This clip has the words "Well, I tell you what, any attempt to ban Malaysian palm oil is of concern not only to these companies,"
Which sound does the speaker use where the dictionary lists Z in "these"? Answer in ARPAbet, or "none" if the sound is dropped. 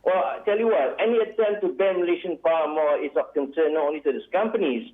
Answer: S